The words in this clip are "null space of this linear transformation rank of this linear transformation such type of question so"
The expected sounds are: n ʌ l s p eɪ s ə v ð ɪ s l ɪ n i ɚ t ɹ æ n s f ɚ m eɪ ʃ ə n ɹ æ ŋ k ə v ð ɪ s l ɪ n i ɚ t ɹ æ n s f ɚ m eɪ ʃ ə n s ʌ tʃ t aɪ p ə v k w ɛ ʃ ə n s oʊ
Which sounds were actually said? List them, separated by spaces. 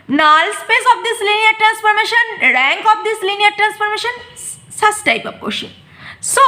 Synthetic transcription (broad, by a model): n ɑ l s p eɪ s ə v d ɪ s l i n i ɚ t ɹ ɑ n s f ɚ m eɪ ʃ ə n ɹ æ ŋ k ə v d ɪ s l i n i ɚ t ɹ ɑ n s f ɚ m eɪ ʃ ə n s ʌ s t aɪ p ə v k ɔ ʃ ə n s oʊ